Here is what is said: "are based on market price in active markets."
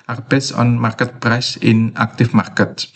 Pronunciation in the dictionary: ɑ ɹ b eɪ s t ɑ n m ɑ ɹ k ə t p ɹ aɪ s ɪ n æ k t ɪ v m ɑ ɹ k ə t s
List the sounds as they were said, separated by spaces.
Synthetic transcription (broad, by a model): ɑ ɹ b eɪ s ɑ n m ɑ ɹ k ə t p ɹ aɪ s ɪ n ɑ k t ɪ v m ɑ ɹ k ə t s